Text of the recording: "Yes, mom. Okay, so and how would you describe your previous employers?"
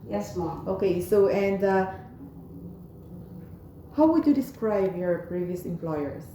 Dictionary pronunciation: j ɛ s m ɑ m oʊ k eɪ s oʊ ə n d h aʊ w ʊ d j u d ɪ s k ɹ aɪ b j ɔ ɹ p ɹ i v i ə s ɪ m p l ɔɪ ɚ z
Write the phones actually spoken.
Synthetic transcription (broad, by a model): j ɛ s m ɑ oʊ k eɪ s oʊ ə n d h aʊ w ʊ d j u d ɪ s k ɹ aɪ b j ɔ ɹ p ɹ i v i ə s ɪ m p l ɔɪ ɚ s